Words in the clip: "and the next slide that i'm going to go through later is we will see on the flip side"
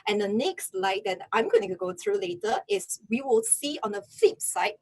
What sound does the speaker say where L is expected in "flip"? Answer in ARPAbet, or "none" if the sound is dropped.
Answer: none